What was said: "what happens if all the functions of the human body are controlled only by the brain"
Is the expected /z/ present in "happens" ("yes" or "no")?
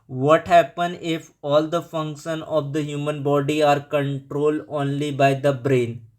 no